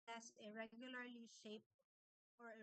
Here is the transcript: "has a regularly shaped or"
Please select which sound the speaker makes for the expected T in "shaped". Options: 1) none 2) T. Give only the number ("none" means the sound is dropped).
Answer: 1